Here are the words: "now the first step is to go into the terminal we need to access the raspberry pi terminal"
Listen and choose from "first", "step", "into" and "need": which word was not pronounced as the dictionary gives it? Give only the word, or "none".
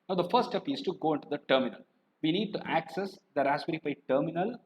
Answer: first